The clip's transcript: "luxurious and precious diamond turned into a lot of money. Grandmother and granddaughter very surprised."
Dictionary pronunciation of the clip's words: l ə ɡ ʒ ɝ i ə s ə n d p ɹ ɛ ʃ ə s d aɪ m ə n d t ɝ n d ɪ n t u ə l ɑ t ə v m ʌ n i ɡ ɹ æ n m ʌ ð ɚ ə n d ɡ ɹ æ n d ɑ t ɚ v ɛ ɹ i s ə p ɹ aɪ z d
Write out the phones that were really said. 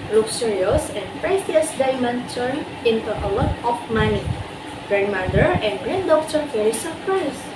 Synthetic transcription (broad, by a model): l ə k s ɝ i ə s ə n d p ɹ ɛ s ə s d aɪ m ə n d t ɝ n ɪ n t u ə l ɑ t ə f m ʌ n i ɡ ɹ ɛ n m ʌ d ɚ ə n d ɡ ɹ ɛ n d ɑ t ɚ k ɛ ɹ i s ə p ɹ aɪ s